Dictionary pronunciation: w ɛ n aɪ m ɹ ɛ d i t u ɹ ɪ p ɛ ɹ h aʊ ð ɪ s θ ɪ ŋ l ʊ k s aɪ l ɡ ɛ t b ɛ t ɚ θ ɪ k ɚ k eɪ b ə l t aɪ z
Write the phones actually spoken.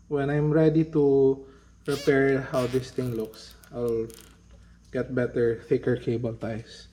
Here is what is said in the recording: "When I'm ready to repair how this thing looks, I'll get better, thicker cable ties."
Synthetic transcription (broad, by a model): w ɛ n aɪ m ɹ ɛ d i t u ɹ ɪ p ɛ ɹ h aʊ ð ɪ s t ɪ ŋ l ʊ k s aɪ l ɡ ɛ t b ɛ t ɚ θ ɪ k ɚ k eɪ b ə l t aɪ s